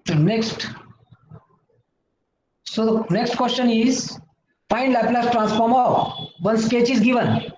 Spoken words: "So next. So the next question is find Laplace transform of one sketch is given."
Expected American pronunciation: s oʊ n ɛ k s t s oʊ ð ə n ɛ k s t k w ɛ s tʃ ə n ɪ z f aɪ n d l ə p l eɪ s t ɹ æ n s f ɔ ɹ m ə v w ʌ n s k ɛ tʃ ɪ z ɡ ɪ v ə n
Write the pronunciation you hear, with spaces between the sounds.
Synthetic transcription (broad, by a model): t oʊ n ɛ k s t s oʊ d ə n ɛ k s t k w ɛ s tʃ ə n ɪ z p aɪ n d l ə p l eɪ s t ɹ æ n s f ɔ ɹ m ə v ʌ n s k ɛ tʃ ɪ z ɡ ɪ v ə n